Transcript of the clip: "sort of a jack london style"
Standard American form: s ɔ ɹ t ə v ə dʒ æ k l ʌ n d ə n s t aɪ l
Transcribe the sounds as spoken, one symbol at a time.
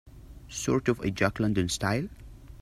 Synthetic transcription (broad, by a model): s ɔ ɹ t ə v ə dʒ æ k l ʌ n d ə n s t aɪ l